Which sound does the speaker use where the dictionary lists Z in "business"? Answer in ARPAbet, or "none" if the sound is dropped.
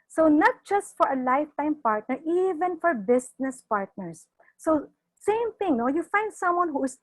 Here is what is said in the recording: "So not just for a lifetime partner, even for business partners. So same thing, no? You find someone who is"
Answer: S